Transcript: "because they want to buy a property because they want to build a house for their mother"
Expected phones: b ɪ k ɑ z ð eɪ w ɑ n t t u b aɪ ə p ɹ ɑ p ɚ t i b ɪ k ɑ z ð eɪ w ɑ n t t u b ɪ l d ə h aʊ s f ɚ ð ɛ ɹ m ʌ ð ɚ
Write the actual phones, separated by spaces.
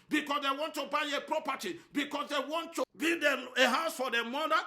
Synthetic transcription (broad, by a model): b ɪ k ɑ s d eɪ w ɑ n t t u b aɪ ə p ɹ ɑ p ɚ t i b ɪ k ɑ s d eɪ w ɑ n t t u b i d ə h aʊ s f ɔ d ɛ m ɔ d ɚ